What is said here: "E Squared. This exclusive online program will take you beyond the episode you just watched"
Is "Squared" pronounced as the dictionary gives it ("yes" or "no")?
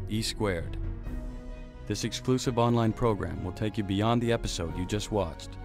yes